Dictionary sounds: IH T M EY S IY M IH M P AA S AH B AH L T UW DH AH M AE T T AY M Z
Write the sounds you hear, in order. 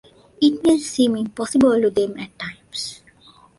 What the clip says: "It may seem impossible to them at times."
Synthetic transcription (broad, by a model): IH T M EY S IY M IH M P AA S AH B AH L T UW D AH M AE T T AY M S